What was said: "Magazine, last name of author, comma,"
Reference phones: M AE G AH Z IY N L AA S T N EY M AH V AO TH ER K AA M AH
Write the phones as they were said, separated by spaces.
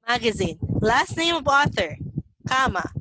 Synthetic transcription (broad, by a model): M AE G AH Z IY N L AA S T N EY M AH V AO TH ER K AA M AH